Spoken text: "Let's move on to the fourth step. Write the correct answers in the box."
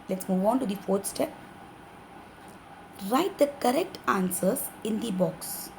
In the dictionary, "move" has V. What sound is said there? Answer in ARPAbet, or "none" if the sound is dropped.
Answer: V